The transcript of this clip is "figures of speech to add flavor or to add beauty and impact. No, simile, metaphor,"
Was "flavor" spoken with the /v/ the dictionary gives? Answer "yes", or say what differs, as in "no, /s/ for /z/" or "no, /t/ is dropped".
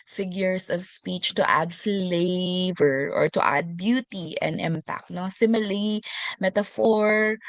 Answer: yes